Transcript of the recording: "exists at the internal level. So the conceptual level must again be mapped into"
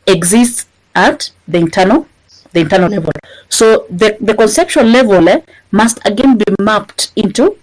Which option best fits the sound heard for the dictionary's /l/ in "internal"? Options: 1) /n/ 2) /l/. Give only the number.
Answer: 1